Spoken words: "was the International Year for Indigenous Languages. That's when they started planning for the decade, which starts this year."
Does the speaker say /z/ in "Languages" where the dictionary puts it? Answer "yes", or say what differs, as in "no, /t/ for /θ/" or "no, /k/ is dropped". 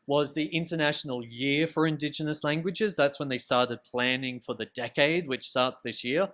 yes